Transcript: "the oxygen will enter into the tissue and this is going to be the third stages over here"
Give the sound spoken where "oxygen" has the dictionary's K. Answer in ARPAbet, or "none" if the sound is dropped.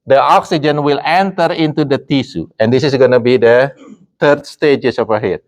K